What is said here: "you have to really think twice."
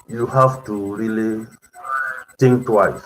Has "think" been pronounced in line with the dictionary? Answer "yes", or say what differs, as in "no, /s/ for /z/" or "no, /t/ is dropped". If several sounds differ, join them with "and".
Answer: no, /t/ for /θ/